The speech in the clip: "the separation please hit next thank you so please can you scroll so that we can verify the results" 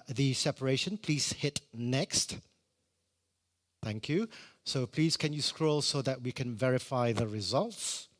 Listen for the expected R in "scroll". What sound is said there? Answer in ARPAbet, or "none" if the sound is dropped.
R